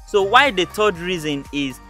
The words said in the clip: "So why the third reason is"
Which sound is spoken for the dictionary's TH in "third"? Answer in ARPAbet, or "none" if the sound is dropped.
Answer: T